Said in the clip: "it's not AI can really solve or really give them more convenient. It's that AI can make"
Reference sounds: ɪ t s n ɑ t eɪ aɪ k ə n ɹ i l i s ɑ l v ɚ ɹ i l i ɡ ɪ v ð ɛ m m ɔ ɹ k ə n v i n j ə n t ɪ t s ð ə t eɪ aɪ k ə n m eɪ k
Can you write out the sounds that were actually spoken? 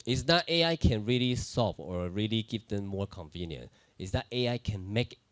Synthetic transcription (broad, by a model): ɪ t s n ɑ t eɪ aɪ k ə n ɹ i l i s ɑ v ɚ ɹ i l i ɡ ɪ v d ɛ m m ɔ ɹ k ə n v i n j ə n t ɪ t s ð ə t eɪ aɪ k ə n m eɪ k